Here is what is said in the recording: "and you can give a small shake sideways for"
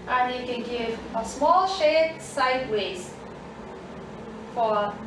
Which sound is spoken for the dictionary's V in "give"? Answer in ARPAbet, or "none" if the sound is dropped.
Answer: V